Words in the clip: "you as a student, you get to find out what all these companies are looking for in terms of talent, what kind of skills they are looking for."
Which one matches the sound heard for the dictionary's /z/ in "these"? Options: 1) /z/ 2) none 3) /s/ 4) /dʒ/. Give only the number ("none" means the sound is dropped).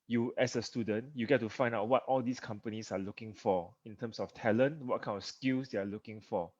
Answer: 3